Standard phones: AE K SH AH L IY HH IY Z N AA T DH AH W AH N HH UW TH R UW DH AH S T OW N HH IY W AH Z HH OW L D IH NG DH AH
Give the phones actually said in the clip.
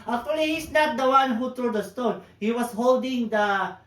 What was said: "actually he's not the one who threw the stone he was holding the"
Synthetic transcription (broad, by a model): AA K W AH L IY HH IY S N AA T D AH W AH N HH UW T R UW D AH S T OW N HH IY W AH S HH OW L D IH NG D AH